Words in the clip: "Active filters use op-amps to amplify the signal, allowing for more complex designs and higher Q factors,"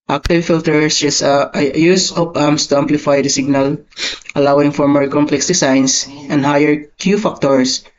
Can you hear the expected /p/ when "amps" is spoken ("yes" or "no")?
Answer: no